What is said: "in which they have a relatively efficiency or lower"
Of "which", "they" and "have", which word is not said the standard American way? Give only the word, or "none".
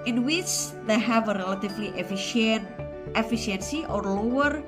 none